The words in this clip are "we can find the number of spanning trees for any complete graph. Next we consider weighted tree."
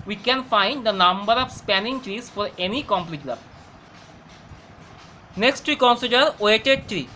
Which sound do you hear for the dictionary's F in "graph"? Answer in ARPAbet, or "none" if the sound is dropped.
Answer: P